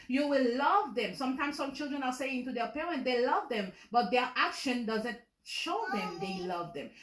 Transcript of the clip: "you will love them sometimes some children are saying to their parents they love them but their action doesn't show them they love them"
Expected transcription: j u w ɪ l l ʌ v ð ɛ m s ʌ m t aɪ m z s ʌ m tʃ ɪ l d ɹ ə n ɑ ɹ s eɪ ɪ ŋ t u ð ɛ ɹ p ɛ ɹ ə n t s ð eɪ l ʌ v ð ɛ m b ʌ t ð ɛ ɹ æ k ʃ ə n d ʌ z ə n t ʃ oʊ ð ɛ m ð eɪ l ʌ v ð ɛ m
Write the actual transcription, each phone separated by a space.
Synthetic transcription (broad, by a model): j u w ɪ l l ʌ v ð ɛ m s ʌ m t aɪ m s ʌ m tʃ ɪ l d ɹ ə n ɑ ɹ s eɪ ɪ ŋ t u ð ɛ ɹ p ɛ ɹ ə n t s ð eɪ l ʌ v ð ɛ m b ʌ t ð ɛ ɹ æ k ʃ ə n d ʌ z ə n t ʃ oʊ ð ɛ m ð eɪ l ʌ v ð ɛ m